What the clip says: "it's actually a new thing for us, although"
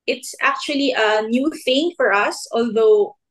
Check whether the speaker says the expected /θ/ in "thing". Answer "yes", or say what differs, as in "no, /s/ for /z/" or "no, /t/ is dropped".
yes